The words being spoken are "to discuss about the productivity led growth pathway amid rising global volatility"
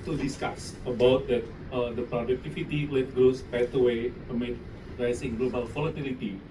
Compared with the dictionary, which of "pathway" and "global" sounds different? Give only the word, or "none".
pathway